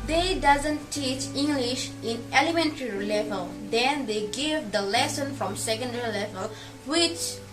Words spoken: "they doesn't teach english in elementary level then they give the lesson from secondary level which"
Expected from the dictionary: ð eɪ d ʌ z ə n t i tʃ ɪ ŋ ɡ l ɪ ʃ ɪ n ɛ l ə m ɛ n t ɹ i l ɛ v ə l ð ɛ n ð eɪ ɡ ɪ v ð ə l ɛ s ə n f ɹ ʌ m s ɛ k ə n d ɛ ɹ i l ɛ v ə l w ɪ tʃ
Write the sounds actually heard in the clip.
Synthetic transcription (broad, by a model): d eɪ d ʌ z ə n t i tʃ ɪ ŋ ɡ l ɪ ʃ ɪ n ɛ l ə m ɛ n t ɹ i l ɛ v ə l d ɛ n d eɪ ɡ ɪ v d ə l ɛ s ə n f ɹ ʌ m s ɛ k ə n d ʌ ɹ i l ɛ v ə l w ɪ tʃ